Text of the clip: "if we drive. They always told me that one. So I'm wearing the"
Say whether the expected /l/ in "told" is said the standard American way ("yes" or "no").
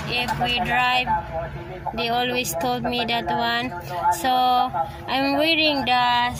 yes